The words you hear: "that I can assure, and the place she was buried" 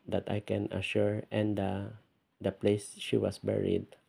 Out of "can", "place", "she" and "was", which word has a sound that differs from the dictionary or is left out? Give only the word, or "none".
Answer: was